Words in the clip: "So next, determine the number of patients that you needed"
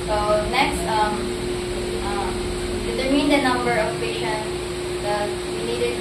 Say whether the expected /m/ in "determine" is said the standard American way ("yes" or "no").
no